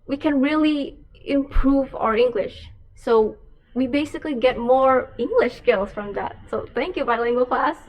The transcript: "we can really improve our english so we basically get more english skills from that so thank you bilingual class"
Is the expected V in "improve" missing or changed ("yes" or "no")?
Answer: no